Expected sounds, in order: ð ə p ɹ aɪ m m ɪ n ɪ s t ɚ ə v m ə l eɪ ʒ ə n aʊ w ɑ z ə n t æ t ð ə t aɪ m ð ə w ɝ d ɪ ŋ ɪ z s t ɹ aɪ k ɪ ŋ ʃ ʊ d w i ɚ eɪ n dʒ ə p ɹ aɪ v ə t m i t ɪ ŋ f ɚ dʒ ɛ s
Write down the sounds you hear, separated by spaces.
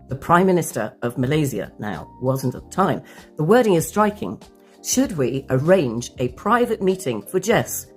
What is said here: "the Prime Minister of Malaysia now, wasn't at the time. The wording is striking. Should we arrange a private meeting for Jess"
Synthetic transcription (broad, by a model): ð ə p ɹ aɪ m m ɪ n ɪ s t ɚ ə v m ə l eɪ z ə n aʊ w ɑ z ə n t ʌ t ð ə t aɪ m ð ə w ɝ d ɪ ŋ ɪ z s t ɹ aɪ k ɪ ŋ ʃ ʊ d w i ɚ eɪ n dʒ ə p ɹ aɪ v ə t m i t ɪ ŋ f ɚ dʒ ɛ s